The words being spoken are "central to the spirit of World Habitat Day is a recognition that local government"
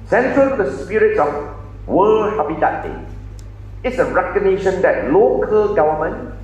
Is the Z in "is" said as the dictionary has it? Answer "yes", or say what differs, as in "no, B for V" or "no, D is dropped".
no, S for Z